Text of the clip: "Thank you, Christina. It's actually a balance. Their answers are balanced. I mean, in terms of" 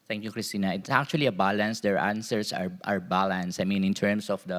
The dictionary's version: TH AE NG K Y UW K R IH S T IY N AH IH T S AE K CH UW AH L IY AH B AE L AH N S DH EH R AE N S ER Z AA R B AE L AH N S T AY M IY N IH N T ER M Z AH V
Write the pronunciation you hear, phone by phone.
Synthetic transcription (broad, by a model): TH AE NG K Y UW K R IH S T IY N AH IH T S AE K CH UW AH L IY AH B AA L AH N S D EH R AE N S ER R AA R B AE L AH N S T AY M IY N IH N T ER M S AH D